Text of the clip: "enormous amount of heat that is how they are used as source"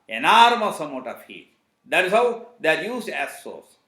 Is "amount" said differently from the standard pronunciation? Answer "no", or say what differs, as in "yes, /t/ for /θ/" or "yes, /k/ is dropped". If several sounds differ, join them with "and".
yes, /n/ is dropped